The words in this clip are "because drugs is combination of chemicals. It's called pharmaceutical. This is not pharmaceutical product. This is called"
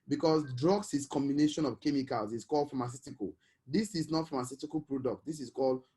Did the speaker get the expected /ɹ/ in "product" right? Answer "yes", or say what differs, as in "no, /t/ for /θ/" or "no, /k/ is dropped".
yes